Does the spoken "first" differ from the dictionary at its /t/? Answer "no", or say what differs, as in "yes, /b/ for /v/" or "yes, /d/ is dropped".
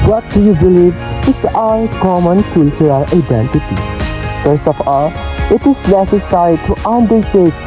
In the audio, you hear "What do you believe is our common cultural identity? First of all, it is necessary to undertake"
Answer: yes, /t/ is dropped